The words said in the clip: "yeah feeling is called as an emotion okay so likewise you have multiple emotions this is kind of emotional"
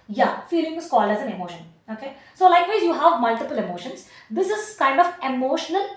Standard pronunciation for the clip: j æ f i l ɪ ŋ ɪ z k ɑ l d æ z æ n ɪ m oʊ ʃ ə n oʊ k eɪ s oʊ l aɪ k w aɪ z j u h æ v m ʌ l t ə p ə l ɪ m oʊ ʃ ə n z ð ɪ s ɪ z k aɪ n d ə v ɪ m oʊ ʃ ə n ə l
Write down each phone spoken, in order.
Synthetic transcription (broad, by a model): j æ f i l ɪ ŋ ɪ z k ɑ l æ z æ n ɪ m oʊ ʃ ə n oʊ k eɪ s oʊ l aɪ k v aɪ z j u h æ v m ʌ l t ə p ə l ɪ m oʊ ʃ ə n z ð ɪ s ɪ z k aɪ n d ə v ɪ m oʊ ʃ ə n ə l